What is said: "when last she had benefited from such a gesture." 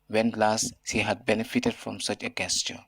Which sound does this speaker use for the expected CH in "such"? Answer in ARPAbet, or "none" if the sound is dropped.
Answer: CH